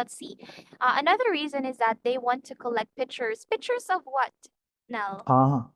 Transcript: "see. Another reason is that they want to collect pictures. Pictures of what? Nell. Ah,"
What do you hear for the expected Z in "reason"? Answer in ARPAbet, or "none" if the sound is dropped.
Z